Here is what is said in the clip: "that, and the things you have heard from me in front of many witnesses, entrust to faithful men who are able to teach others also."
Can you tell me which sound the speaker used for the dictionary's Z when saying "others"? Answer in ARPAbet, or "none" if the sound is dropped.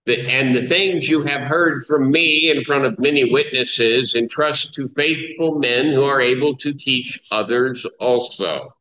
Z